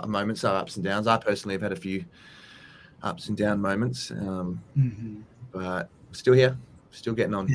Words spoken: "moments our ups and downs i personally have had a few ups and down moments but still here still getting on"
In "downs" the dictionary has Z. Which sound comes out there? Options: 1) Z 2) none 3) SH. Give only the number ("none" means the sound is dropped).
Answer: 1